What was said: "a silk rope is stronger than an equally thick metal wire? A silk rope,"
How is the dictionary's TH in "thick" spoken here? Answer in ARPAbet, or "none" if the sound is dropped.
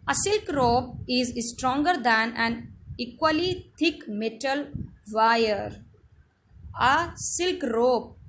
T